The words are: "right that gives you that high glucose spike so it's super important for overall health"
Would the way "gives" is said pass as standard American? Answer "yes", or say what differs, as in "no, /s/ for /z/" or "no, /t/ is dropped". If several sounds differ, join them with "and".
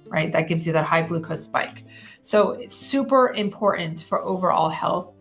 yes